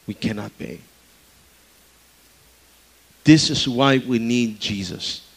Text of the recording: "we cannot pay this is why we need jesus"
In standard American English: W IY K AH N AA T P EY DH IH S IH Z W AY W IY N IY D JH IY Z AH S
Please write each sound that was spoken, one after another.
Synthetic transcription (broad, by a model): W IY K AH N AA T B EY DH IH S IH Z W AY W IY N IY D JH IY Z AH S